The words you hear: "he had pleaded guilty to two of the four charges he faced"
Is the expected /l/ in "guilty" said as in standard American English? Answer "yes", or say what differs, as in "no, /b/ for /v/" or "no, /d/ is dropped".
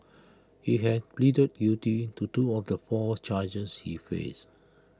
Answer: no, /l/ is dropped